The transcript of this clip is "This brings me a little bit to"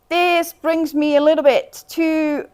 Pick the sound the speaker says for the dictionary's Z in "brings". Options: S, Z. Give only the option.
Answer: Z